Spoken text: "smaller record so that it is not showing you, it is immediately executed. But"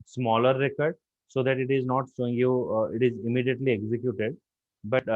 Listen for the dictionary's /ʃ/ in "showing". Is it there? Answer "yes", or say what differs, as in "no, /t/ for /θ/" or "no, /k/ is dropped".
no, /s/ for /ʃ/